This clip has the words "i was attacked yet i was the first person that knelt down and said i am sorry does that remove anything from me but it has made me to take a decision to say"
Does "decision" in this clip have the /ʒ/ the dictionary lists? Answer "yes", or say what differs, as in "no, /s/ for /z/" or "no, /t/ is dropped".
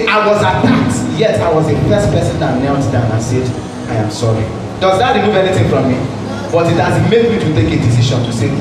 no, /ʃ/ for /ʒ/